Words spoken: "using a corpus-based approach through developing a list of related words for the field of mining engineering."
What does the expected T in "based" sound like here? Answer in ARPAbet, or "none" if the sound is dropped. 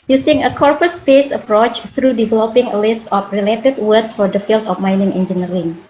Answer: none